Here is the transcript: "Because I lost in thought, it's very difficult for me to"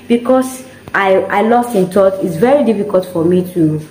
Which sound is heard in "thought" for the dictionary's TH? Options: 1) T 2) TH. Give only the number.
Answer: 1